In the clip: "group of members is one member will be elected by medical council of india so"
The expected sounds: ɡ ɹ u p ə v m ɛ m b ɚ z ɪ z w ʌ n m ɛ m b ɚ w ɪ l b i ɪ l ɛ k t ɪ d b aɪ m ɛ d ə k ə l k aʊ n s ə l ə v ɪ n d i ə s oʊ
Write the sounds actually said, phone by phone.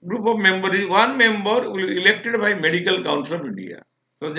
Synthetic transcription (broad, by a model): ɡ ɹ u p ə v m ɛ m b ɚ ɪ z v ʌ n m ɛ m b ɚ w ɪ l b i ɪ l ɛ k t ɪ d b aɪ m ɛ d ə k ə l k aʊ n s ə l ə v ɪ n d i ə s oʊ